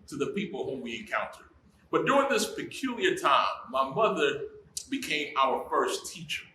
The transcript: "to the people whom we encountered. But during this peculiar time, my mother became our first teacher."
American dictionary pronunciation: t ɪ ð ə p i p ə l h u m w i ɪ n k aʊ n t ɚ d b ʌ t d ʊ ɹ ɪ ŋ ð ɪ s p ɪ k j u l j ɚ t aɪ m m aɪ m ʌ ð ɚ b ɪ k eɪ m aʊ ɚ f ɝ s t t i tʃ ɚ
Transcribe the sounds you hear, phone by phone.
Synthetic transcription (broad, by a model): t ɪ ð ə p i p l h u m w i ɪ n k aʊ n t ɚ d b ʌ t d ʊ ɹ ɪ ŋ ð ɪ s p ɪ k j u l j ɚ t aɪ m m aɪ m ʌ ð ɚ b ɪ k eɪ m aʊ ɚ f ɝ s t t i tʃ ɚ